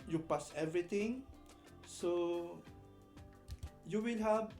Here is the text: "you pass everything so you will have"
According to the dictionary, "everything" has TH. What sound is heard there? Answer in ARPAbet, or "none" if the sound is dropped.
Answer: T